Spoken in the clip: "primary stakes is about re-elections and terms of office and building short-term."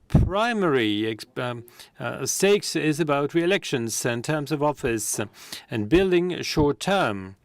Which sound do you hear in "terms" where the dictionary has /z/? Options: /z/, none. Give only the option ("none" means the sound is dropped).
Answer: /z/